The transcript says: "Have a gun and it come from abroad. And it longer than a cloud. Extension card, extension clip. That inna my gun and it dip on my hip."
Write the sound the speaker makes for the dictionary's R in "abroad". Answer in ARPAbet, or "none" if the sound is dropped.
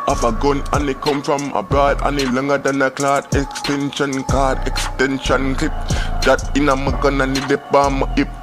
none